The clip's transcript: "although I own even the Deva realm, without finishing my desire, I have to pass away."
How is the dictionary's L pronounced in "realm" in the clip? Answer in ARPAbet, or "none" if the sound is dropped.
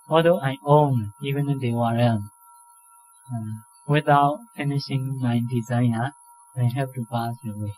none